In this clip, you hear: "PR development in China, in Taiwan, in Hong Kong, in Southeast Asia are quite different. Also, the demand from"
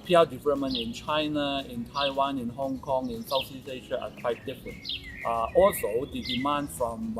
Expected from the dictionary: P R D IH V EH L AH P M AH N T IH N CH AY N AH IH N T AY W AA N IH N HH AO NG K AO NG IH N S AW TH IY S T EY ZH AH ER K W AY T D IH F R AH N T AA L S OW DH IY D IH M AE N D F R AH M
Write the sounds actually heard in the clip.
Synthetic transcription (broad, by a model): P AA D IH V EH L AH P M AH N T IH N CH AY N AH IH N T AY W AA N IH N HH AO NG K AO NG IH N S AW S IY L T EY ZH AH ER K W AY T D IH F R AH N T AA L S OW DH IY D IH M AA N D F R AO M